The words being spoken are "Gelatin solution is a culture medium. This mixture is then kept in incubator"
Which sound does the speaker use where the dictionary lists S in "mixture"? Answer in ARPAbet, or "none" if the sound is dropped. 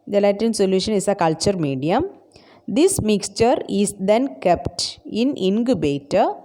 S